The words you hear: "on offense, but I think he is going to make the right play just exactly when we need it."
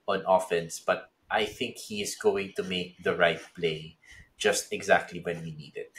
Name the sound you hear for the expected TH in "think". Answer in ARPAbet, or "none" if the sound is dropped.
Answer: TH